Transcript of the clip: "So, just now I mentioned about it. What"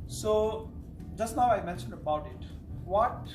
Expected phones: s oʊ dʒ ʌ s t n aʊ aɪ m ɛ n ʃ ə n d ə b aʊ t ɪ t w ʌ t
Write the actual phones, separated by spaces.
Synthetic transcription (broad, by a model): s oʊ dʒ ʌ s t n aʊ aɪ m ɛ n ʃ ə n d ə b aʊ t ɪ t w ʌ t